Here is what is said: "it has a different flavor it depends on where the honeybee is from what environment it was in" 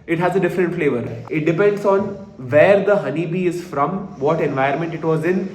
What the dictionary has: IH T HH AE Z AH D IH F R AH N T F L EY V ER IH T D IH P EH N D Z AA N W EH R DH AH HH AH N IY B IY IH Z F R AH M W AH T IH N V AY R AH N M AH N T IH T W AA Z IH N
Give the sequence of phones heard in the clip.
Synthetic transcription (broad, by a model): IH T HH AE Z AH D IH F R AH N T F L EY V ER IH T D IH P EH N D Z AA N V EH R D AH HH AH N IY B IY IH Z F R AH M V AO T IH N V AY AH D M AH N T IH T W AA Z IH N